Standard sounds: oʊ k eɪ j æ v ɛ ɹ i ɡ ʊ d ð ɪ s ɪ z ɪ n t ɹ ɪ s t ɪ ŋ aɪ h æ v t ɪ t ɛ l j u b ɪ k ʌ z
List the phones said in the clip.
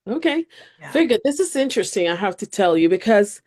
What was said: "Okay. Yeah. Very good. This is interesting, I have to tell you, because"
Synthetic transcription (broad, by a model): oʊ k eɪ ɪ v ɛ ɹ i ɡ ʊ d ð ɪ s ɪ z ɪ n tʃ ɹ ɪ s t ɪ ŋ aɪ h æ f t ɪ t ɛ l j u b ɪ k ʌ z